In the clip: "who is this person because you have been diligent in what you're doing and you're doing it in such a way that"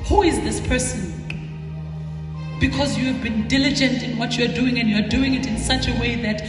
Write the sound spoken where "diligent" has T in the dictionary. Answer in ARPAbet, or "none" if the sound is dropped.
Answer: T